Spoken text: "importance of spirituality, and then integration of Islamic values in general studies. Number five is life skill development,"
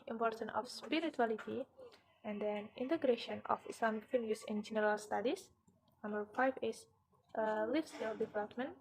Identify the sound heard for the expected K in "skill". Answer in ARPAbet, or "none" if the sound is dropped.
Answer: none